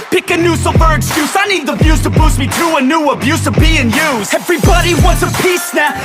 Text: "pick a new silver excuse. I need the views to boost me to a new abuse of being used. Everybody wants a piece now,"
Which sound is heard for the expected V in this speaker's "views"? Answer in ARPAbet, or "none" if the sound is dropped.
B